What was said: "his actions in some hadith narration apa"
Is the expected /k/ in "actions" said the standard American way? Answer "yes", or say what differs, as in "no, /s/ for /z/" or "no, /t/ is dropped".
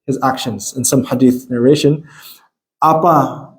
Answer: yes